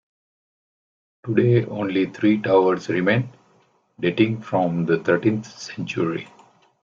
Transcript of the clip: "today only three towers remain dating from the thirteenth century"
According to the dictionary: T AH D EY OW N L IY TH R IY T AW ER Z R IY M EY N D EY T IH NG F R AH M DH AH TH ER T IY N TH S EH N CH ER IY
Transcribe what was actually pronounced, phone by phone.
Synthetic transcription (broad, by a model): T AH D EY OW N L IY T R IY T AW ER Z R IY M EY N D EY T IH NG F R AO M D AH T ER T IY N T S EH N CH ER IY